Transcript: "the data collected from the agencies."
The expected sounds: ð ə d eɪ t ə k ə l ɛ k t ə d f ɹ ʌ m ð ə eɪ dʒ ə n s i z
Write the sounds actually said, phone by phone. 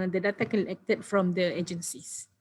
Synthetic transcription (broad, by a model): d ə d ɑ t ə k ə n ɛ k t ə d f ɹ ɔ m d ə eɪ dʒ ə n s i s